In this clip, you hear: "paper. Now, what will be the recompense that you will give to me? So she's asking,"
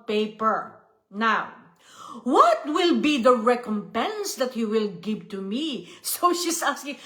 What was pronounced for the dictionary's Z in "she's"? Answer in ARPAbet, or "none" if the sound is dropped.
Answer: S